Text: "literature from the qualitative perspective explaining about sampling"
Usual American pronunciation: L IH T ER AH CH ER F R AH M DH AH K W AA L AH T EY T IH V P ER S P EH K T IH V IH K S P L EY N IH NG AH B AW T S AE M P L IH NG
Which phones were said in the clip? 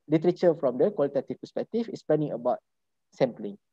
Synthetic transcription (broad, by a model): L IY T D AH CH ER F R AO M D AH K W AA L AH T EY T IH F P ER S P EH K T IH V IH S P L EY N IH NG AH B AW T S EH M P L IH NG